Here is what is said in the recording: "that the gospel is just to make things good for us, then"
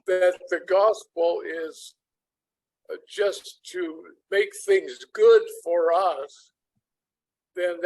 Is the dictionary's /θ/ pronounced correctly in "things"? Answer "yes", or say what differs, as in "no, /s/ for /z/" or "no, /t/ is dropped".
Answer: yes